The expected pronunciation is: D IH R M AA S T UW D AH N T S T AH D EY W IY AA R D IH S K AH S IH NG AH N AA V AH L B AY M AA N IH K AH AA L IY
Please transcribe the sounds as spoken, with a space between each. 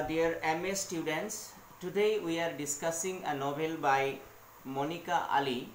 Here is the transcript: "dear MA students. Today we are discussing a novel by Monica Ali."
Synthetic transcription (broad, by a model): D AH R M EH S T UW D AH N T S T AH D EY W IY AA R D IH S K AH S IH NG AH N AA B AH L B AY M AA N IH K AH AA L IY